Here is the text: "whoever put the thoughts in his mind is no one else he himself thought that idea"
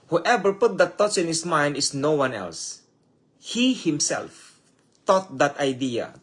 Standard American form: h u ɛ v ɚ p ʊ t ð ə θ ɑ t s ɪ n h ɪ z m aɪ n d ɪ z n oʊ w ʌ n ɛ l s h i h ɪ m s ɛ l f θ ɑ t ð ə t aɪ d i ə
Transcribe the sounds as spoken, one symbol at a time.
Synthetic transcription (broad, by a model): h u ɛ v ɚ p ʊ t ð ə t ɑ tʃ ɪ n h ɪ s m aɪ n d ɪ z n oʊ w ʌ n ɛ l s h i h ɪ m s ɛ l f t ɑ t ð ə t aɪ d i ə